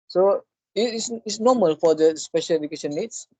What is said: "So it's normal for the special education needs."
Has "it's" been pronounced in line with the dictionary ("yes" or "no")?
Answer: no